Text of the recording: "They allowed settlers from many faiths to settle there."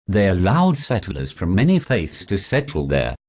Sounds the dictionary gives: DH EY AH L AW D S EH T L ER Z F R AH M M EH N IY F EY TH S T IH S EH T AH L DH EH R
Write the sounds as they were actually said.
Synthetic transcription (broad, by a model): DH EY AH L AW D S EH T L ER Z F R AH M M EH N IY F EY TH S T IH S EH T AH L DH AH R